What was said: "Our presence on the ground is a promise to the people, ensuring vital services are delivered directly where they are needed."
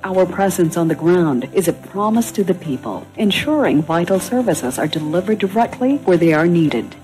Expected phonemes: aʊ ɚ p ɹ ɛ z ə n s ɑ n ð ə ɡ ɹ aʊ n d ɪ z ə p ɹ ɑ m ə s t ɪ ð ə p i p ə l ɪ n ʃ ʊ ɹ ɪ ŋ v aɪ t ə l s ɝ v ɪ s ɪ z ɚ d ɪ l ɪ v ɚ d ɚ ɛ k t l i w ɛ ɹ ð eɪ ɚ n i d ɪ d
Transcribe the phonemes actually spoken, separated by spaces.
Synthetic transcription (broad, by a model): aʊ ɚ p ɹ ɛ z ə n s n ð ə ɡ ɹ aʊ n d ɪ z ə p ɹ ɑ m ə s t ɪ ð ə p i p ə l ɪ n ʃ ʊ ɹ ɪ ŋ v aɪ t l s ɝ v ɪ s ɪ z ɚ d ɪ l ɪ v ɚ d ɚ ɛ k t l i w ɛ ɹ ð eɪ ɚ n i d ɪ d